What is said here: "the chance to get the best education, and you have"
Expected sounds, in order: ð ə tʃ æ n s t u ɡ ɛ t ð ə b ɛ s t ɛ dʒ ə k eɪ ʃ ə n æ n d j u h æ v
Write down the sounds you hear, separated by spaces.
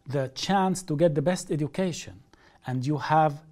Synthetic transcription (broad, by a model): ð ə tʃ æ n s t u ɡ ɛ t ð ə b ɛ s t ɛ dʒ ə k eɪ ʃ ə n æ n d j u h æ v